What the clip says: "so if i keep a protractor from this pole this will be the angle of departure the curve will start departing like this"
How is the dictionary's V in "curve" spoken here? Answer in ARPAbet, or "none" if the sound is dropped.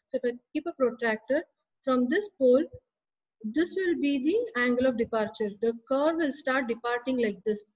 V